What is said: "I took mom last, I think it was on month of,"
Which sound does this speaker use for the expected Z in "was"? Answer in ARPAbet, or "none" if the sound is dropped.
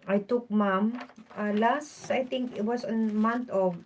S